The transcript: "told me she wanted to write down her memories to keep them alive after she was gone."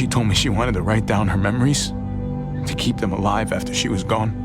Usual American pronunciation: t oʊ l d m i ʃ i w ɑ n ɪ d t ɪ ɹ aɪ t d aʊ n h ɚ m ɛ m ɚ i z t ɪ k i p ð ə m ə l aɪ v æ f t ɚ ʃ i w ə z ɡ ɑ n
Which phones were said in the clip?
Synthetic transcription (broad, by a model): t oʊ l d m i ʃ i w ɑ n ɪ d t ɪ ɹ aɪ t d aʊ n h ɚ m ɛ m ɚ i z t ɪ k i p ð ə m ə l aɪ v æ f t ɚ ʃ i w ə z ɡ ɑ n